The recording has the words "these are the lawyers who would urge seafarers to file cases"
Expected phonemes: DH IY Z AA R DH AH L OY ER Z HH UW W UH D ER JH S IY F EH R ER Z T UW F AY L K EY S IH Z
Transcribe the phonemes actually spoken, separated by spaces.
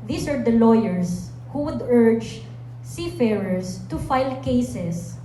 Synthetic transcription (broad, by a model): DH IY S AA R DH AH L OY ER S HH UW W UH D ER JH S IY F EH R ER S T UW F AY L K EY S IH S